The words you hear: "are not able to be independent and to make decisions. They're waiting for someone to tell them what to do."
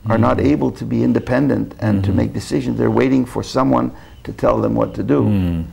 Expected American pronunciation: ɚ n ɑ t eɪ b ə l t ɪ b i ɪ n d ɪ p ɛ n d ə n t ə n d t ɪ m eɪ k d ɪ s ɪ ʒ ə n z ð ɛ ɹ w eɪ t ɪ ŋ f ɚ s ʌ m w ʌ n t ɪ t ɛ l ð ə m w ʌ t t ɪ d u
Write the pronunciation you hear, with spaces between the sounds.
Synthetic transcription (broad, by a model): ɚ n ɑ t eɪ b ə l t ɪ b i ɪ n d ɪ p ɛ n d ə n t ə n t ɪ m eɪ k d ɪ s ɪ ʒ ə n z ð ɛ ɹ w eɪ t ɪ ŋ f ɚ s ʌ m w ʌ n t ɪ t ɛ l ð ə m w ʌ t t ɪ d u